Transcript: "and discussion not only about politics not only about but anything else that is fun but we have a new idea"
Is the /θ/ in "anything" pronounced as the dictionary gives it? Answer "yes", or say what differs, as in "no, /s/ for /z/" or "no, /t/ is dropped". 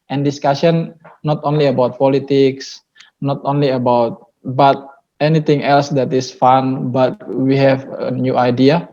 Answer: no, /t/ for /θ/